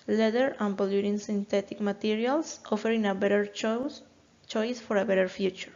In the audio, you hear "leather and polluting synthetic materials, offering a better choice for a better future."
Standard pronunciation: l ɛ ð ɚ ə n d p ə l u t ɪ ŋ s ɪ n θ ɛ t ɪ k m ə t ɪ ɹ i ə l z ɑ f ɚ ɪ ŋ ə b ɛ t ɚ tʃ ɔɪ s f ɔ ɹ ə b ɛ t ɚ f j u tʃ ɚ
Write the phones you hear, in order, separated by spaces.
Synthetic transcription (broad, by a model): l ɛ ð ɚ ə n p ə l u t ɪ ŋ s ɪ n t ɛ t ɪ k m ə t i ɹ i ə l s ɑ f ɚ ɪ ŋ ə b ɛ t ɚ tʃ ɔɪ s f ɔ ɹ ə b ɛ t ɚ f j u tʃ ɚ